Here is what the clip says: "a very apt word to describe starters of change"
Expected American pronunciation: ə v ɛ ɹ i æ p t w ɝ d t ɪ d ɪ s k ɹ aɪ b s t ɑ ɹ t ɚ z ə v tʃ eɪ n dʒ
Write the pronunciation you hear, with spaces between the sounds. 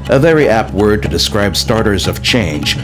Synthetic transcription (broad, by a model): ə v ɛ ɹ i æ p t w ɝ d t ɪ d ɪ s k ɹ aɪ b s t ɑ ɹ t ɚ z ə v tʃ eɪ n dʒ